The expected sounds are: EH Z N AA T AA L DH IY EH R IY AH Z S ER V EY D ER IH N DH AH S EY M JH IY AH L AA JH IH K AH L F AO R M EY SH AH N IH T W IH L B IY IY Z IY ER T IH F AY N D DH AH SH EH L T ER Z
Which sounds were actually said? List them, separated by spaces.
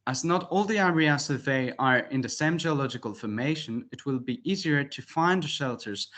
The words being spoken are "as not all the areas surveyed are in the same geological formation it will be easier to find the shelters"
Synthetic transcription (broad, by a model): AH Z N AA T AA L DH IY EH R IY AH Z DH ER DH EY ER IH N DH AH S EY M JH IY AH L AA JH IH K AH L F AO R M EY SH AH N IH T W IH L B IY IY Z IY ER T IH F AY N D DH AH SH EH L T ER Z